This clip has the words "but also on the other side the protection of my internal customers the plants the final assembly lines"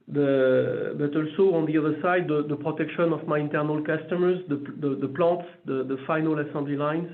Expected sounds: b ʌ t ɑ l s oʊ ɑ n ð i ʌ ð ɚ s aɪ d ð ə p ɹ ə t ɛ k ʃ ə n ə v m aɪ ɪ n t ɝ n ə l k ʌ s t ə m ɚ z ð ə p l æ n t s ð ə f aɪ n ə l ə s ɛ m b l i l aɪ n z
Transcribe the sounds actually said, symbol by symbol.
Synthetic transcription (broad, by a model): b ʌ t ɑ l s oʊ ɑ n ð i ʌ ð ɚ s aɪ d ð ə p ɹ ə t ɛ k ʃ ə n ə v m aɪ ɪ n t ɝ n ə l k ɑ s t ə m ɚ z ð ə p l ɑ t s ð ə f aɪ n ə l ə s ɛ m b l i l aɪ n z